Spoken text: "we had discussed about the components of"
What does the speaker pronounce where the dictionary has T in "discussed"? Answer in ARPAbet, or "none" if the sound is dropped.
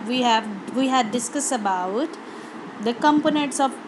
none